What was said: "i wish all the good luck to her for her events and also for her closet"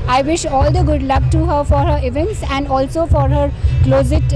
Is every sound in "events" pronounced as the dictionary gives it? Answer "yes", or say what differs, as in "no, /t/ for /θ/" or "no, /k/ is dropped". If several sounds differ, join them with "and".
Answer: yes